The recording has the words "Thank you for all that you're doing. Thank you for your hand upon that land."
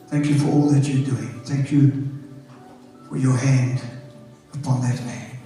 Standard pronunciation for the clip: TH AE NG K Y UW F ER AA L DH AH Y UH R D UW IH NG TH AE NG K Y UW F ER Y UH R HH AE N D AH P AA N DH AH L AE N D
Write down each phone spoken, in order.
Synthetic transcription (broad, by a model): TH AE NG K Y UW F ER AA L DH AH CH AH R D UW IH NG TH AE NG K Y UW F ER Y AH R HH AE N D AH P AA N DH AH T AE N